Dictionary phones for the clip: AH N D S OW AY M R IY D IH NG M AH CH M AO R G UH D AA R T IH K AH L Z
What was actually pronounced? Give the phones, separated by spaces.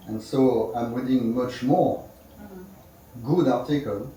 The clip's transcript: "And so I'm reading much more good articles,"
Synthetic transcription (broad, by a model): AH N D S OW AY M W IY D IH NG M AH CH M AO R G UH D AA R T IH K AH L